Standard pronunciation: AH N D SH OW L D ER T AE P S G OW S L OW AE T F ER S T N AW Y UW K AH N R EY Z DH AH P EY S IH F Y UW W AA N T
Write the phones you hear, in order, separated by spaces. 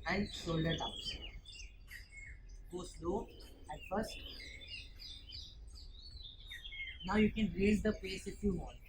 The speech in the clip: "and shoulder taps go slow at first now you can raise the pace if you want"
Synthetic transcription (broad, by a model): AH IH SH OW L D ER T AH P G OW S L OW AE T F ER S T N AW Y UW K AH N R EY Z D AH P EY S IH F Y UW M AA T